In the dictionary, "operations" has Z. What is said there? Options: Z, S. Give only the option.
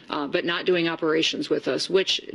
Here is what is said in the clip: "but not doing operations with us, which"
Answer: Z